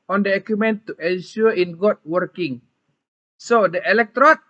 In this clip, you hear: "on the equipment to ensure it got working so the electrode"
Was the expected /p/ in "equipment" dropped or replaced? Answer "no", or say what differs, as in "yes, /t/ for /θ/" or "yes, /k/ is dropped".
yes, /p/ is dropped